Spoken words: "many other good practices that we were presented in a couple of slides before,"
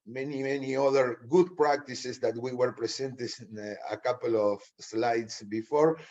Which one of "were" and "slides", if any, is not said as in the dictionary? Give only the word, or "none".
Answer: slides